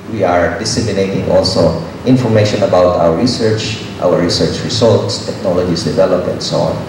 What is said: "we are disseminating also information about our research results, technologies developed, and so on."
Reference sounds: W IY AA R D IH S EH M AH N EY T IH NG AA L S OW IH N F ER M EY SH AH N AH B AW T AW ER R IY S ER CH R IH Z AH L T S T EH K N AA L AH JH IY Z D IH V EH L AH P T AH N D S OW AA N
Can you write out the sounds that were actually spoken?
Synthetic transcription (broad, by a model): W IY AA R D IH S EH M AH N EY T IH NG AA L S OW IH N F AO M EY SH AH N AH B AW T AW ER R IY S ER CH R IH S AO L T S T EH K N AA L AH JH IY S D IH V EH L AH P AH N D S OW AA N